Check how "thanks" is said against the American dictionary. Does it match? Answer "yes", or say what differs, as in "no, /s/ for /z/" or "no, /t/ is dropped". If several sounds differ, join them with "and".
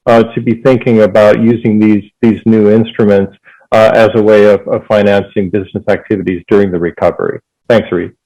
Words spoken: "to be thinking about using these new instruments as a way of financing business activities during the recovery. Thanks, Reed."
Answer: yes